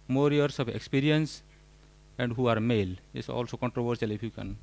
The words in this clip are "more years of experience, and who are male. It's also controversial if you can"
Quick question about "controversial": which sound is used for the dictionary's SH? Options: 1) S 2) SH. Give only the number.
1